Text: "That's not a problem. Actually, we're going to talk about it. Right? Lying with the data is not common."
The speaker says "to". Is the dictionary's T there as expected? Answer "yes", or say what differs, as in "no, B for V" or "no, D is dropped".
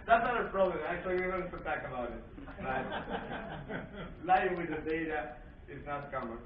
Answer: no, S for T